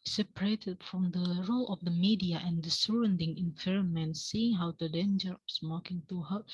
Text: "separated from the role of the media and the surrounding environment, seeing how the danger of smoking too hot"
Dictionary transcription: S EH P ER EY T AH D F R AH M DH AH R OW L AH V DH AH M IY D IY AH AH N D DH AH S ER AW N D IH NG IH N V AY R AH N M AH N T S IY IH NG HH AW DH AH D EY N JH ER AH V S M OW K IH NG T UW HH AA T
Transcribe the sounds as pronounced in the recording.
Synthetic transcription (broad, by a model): S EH P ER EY T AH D F R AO M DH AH R OW L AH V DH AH M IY D IY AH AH N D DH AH S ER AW N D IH NG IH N P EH R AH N M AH N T S IY IH NG HH AW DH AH D EY N JH ER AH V S M OW K IH NG T UW HH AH